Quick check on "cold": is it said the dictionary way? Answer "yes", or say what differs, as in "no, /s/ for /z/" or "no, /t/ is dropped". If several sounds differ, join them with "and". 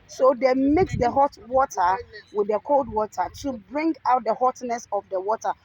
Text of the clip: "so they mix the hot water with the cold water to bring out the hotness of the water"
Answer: yes